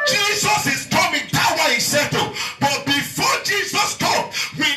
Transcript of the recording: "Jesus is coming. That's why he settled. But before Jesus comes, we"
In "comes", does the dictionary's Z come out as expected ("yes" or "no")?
no